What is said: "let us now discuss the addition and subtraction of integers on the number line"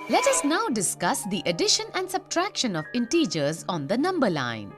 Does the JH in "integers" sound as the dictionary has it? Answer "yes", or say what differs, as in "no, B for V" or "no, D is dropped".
yes